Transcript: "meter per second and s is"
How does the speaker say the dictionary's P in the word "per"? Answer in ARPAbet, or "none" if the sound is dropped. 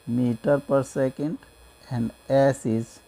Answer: P